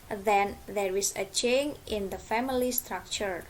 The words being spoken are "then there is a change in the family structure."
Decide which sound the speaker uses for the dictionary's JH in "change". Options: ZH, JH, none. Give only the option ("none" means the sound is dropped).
none